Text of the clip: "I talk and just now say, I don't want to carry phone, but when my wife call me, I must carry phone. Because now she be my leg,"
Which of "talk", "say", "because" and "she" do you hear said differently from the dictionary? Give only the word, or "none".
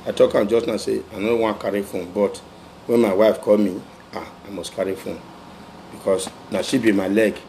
because